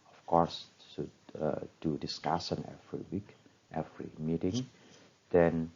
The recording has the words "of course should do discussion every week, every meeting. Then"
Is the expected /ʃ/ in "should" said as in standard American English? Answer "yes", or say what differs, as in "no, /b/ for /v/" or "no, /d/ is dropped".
no, /s/ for /ʃ/